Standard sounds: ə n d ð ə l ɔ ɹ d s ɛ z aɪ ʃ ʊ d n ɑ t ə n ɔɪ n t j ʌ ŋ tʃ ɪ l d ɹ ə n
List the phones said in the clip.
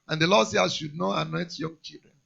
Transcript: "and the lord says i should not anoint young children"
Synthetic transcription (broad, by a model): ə n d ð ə l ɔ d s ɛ aɪ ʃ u d n ɑ t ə n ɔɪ t j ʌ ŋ tʃ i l d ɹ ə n